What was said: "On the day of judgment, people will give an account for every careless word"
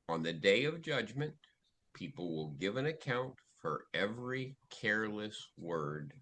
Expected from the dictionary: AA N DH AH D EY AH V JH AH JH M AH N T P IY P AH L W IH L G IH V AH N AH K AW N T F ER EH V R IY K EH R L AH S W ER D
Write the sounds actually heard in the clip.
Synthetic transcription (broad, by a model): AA N DH AH D EY AH V JH AH JH M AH N P IY P L W IH L G IH V AH N AH K AW N T F ER EH V R IY K EH R L AH S W ER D